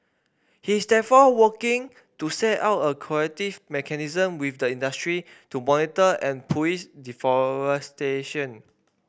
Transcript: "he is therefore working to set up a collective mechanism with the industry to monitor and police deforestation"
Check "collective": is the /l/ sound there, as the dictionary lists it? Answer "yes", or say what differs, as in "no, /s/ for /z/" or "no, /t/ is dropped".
no, /l/ is dropped